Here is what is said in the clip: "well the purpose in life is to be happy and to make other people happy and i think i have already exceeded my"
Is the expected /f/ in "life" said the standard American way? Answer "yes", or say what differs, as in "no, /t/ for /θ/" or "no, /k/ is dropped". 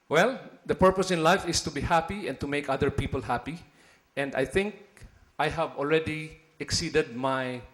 yes